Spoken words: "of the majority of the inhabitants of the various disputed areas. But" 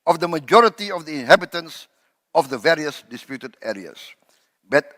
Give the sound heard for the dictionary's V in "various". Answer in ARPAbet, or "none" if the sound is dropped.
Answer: V